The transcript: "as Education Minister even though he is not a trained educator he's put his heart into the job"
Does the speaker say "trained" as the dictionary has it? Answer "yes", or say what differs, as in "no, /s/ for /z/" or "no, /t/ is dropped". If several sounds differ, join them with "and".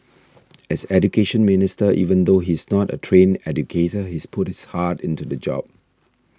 no, /d/ is dropped